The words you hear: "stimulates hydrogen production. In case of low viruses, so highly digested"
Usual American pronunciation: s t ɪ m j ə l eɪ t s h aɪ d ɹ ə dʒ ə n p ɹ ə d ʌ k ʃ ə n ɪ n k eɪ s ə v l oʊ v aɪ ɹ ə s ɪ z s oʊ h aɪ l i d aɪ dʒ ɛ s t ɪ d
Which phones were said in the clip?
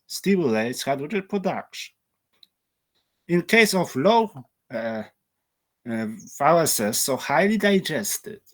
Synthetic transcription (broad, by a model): s t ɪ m j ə l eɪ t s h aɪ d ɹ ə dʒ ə p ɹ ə d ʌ k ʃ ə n ɪ n k eɪ s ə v l oʊ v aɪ l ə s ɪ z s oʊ h aɪ l i d aɪ dʒ ɛ s t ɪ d